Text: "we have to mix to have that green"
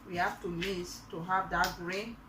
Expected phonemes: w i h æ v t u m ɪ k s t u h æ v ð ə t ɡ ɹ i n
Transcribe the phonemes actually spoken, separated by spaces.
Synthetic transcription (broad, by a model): w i h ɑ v t u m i s t u h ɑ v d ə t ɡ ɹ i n